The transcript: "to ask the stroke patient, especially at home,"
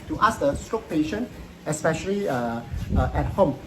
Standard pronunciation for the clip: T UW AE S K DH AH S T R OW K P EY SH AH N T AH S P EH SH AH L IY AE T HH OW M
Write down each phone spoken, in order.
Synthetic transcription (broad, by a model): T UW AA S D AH S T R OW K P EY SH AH N AH S P EH SH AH L IY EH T HH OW M